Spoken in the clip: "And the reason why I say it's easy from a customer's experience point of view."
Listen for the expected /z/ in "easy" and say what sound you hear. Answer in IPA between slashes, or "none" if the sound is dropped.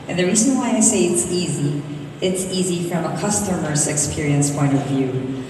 /z/